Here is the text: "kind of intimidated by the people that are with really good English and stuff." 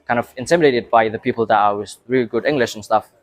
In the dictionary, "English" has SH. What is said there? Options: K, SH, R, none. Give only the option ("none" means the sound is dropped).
SH